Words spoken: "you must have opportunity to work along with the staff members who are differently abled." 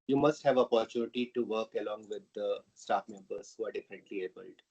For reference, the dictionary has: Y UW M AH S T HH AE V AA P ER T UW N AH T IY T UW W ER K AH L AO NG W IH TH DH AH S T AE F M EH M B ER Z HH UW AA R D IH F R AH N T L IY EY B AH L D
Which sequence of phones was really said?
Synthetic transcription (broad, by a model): Y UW M AH S T HH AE V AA P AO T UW N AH T IY T UW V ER K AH L AO NG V IH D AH S T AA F M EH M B ER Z HH UW AA R D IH F AH N T L IY EY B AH L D